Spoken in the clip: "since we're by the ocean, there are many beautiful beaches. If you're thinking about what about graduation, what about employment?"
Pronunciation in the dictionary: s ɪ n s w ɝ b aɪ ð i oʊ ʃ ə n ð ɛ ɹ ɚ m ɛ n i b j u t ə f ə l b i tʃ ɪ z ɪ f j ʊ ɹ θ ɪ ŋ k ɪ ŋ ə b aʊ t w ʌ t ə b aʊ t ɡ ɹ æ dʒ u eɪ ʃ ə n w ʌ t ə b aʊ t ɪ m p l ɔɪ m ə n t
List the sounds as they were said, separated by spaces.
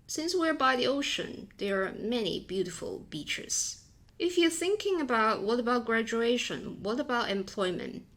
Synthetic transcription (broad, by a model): s ɪ n s w ɝ b aɪ ð i oʊ ʃ ə n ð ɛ ɹ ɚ m ɛ n i b j u t ə f ə l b i tʃ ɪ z ɪ f j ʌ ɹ θ ɪ ŋ k ɪ ŋ ə b aʊ t w ʌ t ə b aʊ t ɡ ɹ æ dʒ u eɪ ʃ ə n w ʌ t ə b aʊ t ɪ m p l ɔɪ m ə n t